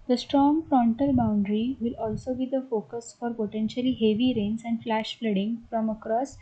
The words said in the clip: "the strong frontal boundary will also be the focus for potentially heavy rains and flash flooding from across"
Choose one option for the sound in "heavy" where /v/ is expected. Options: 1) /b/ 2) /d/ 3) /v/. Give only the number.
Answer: 3